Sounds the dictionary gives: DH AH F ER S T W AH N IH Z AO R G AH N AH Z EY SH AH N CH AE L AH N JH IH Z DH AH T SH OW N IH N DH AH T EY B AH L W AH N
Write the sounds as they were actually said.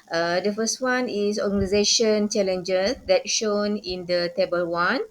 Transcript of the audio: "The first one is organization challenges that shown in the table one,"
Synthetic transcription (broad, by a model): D AH F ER S T W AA N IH S AO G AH N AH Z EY SH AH N CH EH L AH N JH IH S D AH T SH OW N IH N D AH T EY B AH L W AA N